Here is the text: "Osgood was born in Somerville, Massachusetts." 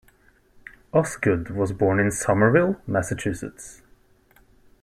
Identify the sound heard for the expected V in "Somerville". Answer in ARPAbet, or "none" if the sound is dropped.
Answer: V